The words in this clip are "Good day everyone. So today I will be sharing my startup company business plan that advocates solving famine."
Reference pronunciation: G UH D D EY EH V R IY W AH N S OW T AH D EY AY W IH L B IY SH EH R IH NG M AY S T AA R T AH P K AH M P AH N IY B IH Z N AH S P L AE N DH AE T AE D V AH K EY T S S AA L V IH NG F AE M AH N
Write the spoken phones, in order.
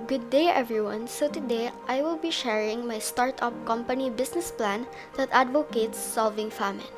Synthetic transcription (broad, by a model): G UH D D EY EH V R IY W AH N S OW T AH D EY AY W IH L B IY SH EH R IH NG M AY S T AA R T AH P K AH M P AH N IY B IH S N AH S P L AE N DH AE T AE D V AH K EY T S S AA L V IH NG F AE M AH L